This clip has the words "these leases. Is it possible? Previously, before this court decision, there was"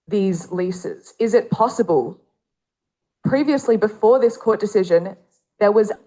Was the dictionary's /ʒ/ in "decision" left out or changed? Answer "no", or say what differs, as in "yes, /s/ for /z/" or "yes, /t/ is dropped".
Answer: no